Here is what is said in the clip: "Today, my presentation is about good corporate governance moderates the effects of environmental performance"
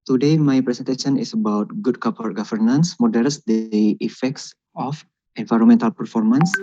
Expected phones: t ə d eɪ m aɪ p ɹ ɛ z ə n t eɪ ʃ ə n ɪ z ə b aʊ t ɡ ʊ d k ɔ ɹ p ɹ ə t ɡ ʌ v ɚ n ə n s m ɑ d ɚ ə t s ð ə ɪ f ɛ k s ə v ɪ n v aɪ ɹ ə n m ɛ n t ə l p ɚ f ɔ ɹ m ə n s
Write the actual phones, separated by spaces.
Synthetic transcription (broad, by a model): t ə d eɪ m aɪ p ɹ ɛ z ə n t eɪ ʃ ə n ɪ s ə b aʊ t ɡ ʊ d k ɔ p ə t ɡ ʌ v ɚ n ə n s m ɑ d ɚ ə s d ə ɪ f ɛ k s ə f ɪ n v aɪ ɹ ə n m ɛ n t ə l p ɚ f ɔ ɹ m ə n s